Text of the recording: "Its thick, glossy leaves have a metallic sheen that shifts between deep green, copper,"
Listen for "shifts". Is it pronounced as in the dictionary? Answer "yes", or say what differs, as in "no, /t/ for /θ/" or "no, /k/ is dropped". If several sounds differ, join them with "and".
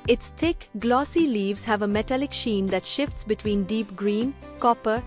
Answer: yes